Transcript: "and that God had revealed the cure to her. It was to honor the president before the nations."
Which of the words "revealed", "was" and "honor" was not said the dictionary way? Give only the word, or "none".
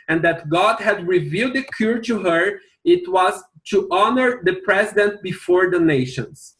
none